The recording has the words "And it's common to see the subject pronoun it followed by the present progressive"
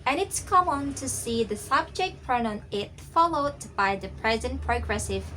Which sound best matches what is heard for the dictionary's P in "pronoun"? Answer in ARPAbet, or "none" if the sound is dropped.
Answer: F